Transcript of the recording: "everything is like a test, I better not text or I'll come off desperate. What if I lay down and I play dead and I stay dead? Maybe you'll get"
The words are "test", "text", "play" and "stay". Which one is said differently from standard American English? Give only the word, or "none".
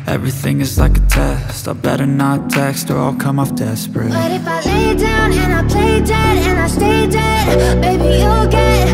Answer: none